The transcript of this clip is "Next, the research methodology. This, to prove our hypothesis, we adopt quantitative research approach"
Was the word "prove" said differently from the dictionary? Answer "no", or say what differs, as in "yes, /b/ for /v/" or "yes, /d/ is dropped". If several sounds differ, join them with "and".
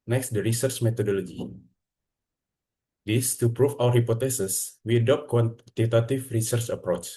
yes, /f/ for /v/